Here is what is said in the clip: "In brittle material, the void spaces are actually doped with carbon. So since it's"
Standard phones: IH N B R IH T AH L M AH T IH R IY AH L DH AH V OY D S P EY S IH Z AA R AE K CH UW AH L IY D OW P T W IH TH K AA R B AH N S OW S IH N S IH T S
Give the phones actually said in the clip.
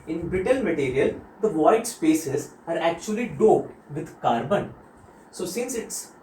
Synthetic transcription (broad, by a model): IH N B IH T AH L M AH T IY R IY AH L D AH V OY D S P EY S IH Z AA R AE K CH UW AH L IY D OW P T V IH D K AA R B AH N S OW S IH N S IH T S